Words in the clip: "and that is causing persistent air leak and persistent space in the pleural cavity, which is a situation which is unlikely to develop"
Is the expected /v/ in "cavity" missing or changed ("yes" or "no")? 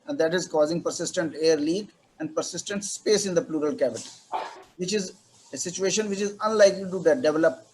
yes